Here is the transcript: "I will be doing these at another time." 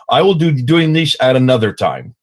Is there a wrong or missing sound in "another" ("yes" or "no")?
no